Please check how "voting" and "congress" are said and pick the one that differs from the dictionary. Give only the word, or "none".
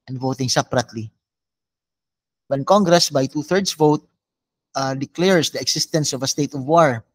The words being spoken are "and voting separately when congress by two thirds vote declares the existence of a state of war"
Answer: none